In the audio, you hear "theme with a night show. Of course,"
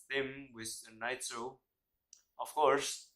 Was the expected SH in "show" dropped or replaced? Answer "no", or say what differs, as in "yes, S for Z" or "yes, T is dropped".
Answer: yes, S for SH